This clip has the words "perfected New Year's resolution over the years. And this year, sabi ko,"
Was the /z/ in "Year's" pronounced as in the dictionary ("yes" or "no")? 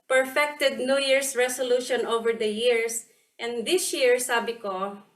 no